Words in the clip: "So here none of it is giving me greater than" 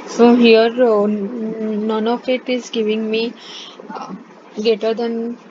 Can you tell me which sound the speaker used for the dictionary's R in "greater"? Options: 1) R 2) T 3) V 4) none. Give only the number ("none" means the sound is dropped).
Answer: 4